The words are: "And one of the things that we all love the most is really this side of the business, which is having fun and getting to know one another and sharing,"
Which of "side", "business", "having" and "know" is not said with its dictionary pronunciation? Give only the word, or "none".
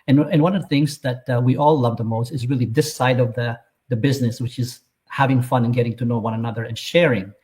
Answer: none